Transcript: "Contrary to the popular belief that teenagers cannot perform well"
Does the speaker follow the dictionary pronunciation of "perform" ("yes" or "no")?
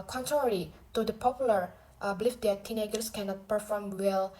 yes